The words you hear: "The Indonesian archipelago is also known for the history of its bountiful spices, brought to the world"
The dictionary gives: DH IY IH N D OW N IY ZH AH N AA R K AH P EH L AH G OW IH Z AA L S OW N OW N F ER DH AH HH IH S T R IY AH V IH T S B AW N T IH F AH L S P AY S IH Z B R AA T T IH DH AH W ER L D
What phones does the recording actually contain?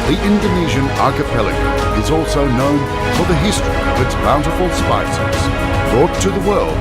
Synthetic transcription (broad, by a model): DH IY IH N D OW N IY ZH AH N AA R K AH P EH L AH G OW IH Z AA L S OW N OW N F ER DH AH HH IH S T R IY AH V IH T S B AW N T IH F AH L S P AY S IH Z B R AA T T IH DH AH W ER L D